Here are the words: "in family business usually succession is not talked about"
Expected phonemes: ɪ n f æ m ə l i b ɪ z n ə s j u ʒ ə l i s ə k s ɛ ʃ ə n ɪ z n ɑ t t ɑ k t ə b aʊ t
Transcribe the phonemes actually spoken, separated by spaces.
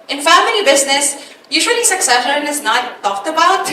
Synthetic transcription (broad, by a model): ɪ n f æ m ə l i b ɪ z n ə s j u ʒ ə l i s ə k s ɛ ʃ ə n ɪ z n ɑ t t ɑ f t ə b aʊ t